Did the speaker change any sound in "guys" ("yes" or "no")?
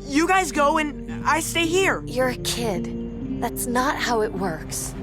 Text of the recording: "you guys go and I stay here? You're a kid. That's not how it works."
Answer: no